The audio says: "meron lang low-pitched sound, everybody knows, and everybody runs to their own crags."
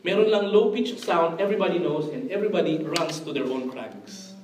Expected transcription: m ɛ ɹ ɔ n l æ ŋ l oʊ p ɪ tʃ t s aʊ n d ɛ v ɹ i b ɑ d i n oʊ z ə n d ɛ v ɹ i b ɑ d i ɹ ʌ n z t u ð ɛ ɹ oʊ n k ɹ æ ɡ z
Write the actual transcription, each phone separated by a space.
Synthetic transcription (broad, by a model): m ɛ ɹ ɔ n l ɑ ŋ l oʊ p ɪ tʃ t s aʊ n d ɛ v ɹ i b ɑ d i n oʊ s ə n d ɛ v ɹ i b ɑ d i ɹ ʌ n s t u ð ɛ ɹ oʊ n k ɹ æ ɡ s